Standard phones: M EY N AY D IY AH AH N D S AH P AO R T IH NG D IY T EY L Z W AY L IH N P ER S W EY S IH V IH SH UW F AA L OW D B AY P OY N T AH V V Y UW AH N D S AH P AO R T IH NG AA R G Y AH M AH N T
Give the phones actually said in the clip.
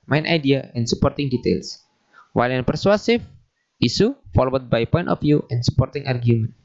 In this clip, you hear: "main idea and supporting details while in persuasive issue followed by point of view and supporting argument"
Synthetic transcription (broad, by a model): M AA N AY D IY AH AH N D S AH P AO R T IH NG D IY T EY L S W AY L IH N P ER S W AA S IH F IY S UW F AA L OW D B AY P OY N T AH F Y UW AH N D S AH P AO R T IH NG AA R G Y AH M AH N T